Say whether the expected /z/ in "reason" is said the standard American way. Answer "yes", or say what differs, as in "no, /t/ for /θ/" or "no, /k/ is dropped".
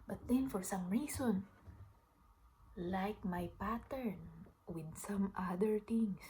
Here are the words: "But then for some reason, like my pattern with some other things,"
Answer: no, /s/ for /z/